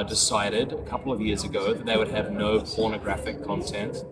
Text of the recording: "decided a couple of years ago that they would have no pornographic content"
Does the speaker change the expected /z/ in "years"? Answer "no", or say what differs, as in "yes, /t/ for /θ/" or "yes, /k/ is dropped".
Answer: no